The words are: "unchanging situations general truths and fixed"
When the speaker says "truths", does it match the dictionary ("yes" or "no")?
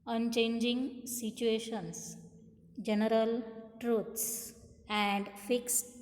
no